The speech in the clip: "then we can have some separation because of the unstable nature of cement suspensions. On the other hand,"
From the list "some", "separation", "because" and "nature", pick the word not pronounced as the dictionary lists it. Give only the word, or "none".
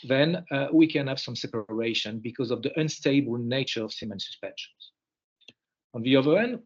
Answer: none